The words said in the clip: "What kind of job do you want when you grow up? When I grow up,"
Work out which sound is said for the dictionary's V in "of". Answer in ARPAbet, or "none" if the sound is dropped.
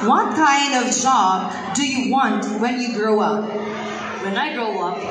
V